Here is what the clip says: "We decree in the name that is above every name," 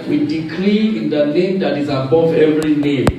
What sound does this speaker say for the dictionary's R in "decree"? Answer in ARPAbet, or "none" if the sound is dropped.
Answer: L